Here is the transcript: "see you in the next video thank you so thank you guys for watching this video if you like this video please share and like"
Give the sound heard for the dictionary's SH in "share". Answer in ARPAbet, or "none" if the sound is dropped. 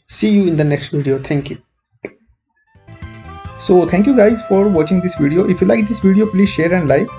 SH